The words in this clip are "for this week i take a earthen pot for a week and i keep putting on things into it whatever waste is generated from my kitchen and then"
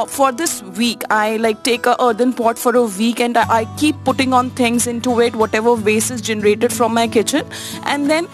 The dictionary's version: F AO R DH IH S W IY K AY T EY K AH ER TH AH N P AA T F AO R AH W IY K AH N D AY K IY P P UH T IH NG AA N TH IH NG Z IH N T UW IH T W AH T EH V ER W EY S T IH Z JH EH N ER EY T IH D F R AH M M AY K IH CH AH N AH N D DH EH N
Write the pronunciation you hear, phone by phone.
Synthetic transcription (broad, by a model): F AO R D IH S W IY K AY T EY K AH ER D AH N P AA T F AO R AH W IY K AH N D AY K IY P P UH T IH NG AA N T IH NG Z IH N T UW IH T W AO T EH V ER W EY S IH Z JH EH N ER EY T IH D F R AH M M AY K IH CH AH N AH N D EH N